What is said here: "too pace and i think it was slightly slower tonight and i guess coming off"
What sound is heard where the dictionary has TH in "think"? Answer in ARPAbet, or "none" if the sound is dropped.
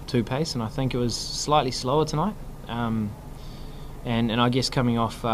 TH